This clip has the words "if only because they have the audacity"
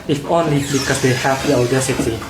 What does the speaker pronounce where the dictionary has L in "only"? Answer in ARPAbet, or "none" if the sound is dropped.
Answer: L